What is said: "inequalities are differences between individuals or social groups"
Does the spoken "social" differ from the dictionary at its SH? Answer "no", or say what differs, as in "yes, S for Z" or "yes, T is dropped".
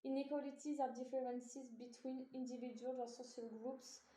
yes, S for SH